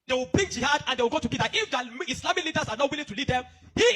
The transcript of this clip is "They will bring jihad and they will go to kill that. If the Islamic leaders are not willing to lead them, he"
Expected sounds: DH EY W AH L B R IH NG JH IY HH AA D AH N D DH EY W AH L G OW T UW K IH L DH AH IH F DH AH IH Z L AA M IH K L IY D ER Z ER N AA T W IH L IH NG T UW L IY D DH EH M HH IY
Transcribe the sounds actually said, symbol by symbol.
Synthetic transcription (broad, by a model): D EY W AH L B R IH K JH IY HH AA D AH N D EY W AH L G OW T UW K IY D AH IH F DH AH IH S L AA M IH K L IY D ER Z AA N AA T W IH L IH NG T UW L IY D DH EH M HH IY